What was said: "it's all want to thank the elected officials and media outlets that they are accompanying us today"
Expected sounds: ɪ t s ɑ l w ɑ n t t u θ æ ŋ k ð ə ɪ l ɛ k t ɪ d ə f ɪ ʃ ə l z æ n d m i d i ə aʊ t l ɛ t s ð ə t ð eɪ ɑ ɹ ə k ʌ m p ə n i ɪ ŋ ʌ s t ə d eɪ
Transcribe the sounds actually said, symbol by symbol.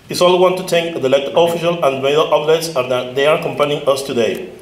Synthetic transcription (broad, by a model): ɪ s ɑ l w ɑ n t t u t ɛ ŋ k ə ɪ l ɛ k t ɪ f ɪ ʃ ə l æ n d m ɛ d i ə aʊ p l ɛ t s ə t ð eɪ ɑ ɹ k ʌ m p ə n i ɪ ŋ ʌ s t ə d eɪ